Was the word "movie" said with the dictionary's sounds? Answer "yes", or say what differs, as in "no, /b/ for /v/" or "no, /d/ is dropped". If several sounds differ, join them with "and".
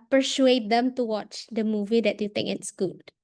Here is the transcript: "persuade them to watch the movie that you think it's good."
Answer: yes